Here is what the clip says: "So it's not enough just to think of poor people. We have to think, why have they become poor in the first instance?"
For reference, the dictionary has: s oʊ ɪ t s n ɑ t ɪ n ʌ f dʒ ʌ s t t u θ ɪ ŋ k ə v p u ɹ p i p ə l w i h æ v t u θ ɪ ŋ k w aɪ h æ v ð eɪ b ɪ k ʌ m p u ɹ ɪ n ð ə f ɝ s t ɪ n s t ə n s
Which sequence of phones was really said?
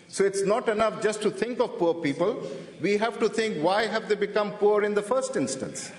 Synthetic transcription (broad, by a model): s oʊ ɪ t s n ɑ t ɪ n ʌ f dʒ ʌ s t t u t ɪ ŋ k ə v p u ɹ p i p ə l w i h æ v t u t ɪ ŋ k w aɪ h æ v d eɪ b ɪ k ʌ m p u ɹ ɪ n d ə f ɝ s t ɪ n s t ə n s